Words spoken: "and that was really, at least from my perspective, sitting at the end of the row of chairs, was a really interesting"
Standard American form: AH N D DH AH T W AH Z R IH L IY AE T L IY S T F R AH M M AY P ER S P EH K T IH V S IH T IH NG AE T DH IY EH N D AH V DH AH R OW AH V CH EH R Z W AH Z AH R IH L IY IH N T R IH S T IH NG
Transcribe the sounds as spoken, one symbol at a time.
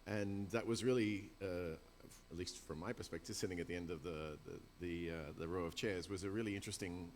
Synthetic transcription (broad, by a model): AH N DH AH T W AH Z R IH L IY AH T L IY S T F R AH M M AY P ER S P EH K T IH V S IH T IH NG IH T DH IY EH N D AH V DH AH R OW AH V CH EH R Z W AH Z AH R IH L IY IH N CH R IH S T IH NG